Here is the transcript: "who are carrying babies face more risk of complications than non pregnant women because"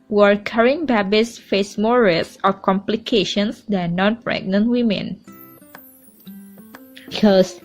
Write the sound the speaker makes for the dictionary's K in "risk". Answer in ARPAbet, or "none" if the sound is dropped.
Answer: none